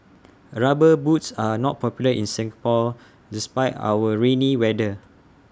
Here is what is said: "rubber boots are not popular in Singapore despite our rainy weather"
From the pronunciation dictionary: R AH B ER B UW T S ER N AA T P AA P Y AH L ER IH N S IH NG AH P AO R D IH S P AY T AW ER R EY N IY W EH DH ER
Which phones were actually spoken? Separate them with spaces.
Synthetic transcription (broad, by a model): R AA B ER B UW T S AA N AA T P AA P Y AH L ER IH N S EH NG P AO L D IH S P AY T AW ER R EY N IY W EH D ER